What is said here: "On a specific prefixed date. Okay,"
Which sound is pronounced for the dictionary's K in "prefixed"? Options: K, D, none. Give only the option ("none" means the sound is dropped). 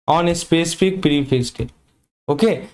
none